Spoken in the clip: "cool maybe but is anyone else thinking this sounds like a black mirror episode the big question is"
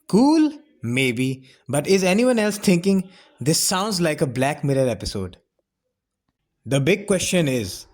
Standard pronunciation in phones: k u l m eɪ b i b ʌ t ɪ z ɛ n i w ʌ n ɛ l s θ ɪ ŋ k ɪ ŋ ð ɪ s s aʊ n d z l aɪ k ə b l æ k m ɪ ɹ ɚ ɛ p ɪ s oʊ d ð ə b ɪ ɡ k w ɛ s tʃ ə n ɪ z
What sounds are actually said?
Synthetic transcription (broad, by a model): k u l m eɪ b i b ʌ t ɪ z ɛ n i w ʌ n ɛ l s t ɪ ŋ k ɪ ŋ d ɪ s s aʊ n d z l aɪ k ə b l æ k m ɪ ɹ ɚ ɛ p ɪ s oʊ d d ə b ɪ ɡ k w ɛ s tʃ ə n ɪ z